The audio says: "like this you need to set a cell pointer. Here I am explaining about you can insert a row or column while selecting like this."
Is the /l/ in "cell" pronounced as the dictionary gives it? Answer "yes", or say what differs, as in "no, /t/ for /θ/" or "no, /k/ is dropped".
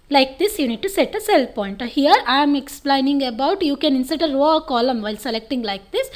yes